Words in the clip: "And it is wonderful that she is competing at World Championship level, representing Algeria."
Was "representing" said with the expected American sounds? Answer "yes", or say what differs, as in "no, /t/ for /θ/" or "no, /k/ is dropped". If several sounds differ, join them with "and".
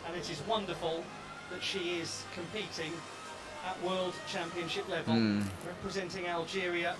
yes